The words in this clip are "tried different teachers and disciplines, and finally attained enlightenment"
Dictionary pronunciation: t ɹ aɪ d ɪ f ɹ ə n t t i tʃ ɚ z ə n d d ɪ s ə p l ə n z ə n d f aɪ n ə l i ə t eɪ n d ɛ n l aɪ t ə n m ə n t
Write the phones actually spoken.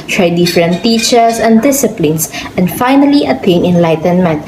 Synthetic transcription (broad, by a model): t ɹ aɪ d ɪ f ɹ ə n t t i tʃ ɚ s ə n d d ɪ s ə p l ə n s ə n d f aɪ n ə l i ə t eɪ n ɛ n l aɪ t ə n m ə n t